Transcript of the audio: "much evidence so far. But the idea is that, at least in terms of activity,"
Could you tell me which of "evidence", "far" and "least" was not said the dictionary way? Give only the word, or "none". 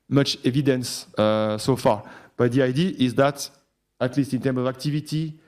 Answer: none